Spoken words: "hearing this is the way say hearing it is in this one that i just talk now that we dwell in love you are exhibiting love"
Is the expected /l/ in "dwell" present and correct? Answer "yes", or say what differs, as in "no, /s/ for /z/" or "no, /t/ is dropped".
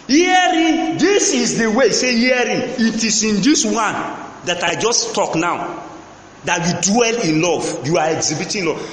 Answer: yes